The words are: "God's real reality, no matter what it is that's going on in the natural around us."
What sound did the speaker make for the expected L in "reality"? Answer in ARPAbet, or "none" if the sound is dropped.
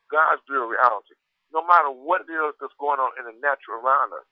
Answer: L